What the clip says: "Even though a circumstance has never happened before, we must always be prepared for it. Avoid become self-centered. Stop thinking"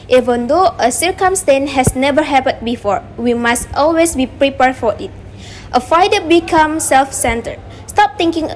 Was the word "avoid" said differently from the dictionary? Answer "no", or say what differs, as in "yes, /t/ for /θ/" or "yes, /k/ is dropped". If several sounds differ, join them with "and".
yes, /f/ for /v/